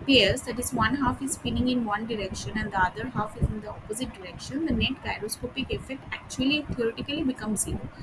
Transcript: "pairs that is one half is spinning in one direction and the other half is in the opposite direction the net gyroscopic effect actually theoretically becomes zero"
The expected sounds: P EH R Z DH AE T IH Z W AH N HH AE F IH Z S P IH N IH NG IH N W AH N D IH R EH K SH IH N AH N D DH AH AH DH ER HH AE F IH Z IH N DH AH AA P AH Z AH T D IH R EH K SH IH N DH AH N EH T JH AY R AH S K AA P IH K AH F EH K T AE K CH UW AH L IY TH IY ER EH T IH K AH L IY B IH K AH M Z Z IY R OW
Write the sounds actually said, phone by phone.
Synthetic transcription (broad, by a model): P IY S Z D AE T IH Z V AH N HH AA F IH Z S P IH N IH NG IH N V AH N D IH R EH K SH IH N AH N D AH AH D ER HH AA F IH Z IH N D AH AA P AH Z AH T D IH R EH K SH IH N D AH N EH T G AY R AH S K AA P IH K AH F EH K T AE K CH UW AH L IY T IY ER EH T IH K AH L IY B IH K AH M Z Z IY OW